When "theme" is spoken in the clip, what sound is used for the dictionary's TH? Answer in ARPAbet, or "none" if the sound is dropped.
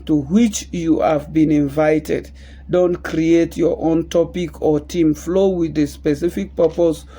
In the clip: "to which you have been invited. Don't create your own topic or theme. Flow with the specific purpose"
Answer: T